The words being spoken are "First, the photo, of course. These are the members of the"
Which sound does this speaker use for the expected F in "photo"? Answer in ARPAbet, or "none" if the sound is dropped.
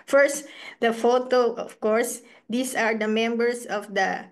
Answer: F